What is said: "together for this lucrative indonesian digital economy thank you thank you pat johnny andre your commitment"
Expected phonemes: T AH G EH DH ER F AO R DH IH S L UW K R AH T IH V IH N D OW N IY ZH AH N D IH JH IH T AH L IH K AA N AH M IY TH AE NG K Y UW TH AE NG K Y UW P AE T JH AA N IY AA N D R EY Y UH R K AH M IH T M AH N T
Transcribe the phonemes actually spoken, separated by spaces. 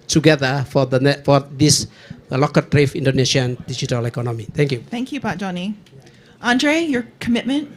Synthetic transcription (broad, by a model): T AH G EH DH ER F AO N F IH S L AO K AH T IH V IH N D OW N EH SH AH N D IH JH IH T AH L IH K AA N AH M IY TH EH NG K Y UW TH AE NG K Y UW B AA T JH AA N IY AA N D R EY Y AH R K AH M IH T M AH N T